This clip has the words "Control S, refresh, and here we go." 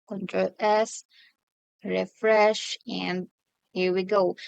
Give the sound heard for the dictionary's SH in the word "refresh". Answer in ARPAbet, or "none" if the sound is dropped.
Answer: SH